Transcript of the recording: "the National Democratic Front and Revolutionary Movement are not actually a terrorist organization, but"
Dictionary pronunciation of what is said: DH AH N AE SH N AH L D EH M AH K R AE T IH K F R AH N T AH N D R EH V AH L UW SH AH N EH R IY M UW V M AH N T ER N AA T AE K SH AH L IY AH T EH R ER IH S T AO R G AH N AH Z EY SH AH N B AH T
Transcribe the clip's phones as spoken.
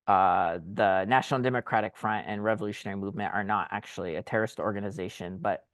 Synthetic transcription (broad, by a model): DH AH N AE SH N L D EH M AH K R AE T IH K F R AH N T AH N R EH V AH L UW SH AH N EH R IY M UW V M AH N T ER N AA T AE K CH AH L IY AH T EH R ER IH S T AO R G AH N AH Z EY SH AH N B AH T